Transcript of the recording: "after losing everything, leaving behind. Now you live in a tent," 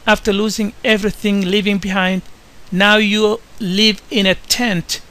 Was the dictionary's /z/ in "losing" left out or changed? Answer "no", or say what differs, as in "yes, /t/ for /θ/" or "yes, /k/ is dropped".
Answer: no